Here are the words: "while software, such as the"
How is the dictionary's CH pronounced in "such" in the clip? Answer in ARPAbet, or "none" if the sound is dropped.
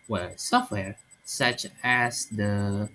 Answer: CH